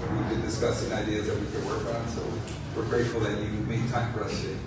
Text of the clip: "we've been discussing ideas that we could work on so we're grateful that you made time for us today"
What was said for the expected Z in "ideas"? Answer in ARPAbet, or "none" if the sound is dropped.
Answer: Z